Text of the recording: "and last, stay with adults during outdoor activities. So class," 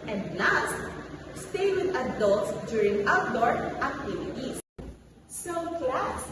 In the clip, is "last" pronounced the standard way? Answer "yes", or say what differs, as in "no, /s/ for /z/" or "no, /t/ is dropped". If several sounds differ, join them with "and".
no, /n/ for /l/